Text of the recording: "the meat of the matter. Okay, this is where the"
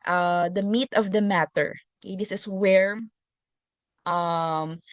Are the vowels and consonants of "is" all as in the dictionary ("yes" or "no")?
no